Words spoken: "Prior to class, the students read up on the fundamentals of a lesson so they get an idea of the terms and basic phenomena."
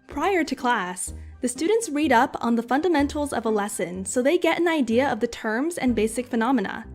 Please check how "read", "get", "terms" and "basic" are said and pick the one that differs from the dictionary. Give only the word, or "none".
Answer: none